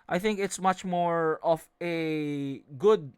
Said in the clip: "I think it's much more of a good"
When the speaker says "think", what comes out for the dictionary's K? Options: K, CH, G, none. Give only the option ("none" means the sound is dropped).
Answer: K